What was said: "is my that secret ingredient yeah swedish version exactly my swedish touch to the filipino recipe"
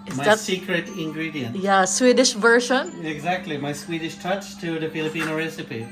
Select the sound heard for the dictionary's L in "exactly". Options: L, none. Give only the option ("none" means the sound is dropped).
L